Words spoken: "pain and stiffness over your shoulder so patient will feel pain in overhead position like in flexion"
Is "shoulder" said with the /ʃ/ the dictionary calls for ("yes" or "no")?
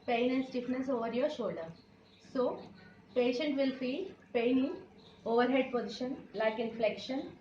yes